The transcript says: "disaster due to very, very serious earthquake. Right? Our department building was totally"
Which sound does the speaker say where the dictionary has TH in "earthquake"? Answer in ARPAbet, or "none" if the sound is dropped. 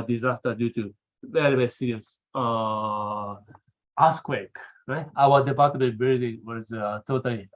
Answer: S